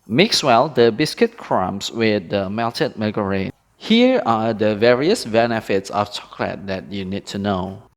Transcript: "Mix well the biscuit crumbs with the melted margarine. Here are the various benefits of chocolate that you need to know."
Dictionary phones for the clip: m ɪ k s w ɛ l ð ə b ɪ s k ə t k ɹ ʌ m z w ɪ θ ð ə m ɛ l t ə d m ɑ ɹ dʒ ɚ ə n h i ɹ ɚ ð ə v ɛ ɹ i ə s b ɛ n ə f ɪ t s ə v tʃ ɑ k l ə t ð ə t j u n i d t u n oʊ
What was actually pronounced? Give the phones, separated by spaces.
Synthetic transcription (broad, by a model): m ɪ k s w ɛ l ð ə b ɪ s k ə t k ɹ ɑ m s w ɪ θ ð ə m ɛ l t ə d m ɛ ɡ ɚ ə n h i ɹ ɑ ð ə v ɛ ɹ i ə s b ɛ n ə f ɪ t s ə f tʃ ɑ k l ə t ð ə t j u n i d t u n oʊ